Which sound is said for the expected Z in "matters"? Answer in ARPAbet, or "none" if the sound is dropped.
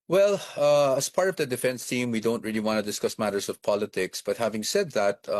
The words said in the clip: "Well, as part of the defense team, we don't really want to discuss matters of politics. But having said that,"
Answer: S